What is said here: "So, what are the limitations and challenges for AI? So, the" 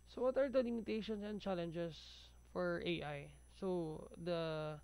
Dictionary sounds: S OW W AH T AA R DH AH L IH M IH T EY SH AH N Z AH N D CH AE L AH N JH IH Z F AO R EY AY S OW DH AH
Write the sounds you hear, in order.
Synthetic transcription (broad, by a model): S OW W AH T AA R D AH L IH M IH T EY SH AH N S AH N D CH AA L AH N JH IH S F AO R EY AY S OW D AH